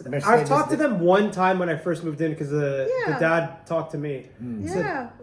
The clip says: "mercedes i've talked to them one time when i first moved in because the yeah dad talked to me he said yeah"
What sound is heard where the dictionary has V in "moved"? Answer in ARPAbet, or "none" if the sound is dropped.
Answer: V